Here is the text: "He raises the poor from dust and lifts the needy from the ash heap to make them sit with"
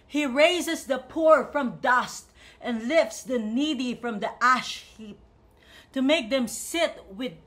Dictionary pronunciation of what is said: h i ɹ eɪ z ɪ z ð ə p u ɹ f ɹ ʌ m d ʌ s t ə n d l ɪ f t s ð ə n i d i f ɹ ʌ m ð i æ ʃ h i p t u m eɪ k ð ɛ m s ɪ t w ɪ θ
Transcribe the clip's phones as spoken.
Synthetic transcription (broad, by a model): h i ɹ eɪ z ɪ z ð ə p u ɹ f ɹ ʌ m d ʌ s t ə n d l ɪ f t s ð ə n i d i f ɹ ʌ m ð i æ ʃ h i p t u m eɪ k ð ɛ m s ɪ t w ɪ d